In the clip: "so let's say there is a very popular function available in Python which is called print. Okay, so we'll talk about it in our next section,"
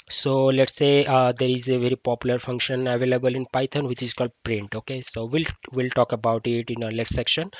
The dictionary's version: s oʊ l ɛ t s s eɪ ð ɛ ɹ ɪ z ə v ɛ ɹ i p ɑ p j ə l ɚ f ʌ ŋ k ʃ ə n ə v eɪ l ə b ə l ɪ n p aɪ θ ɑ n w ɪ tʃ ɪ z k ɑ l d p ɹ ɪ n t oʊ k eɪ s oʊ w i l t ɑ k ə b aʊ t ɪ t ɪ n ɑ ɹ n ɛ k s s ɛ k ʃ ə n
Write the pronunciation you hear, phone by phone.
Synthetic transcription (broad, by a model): s oʊ l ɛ t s s eɪ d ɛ ɹ ɪ z ə v ɛ ɹ i p ɑ p j ə l ɚ f ʌ ŋ k ʃ ə n ə v eɪ l ə b ə l ɪ n p aɪ t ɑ n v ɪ tʃ ɪ z k ɑ l d p ɹ ɪ n t oʊ k eɪ s oʊ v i l t ɑ k ə b aʊ t ɪ t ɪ n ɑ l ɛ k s s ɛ k ʃ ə n